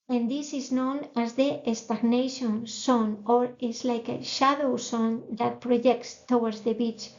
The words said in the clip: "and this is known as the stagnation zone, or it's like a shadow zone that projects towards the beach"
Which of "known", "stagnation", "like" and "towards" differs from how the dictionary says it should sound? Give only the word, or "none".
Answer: towards